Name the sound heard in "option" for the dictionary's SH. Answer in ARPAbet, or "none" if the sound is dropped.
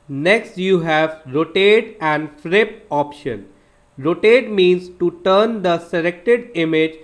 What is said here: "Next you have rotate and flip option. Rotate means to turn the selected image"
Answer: SH